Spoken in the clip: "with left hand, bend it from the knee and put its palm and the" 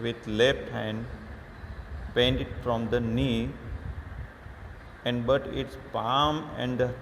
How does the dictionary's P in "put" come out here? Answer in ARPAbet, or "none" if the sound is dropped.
B